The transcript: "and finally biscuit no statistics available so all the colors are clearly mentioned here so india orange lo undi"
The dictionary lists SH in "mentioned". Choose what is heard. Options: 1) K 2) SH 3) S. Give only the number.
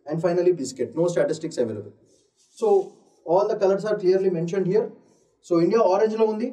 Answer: 2